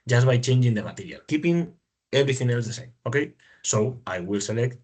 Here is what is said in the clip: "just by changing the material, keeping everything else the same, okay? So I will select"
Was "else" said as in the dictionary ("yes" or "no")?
yes